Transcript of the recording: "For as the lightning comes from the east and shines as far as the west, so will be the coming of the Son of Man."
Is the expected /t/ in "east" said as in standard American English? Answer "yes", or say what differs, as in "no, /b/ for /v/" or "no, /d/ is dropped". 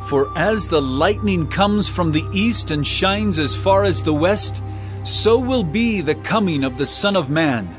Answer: yes